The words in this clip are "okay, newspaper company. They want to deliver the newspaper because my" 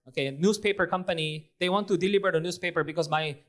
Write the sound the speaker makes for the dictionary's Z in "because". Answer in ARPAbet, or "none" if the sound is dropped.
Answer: S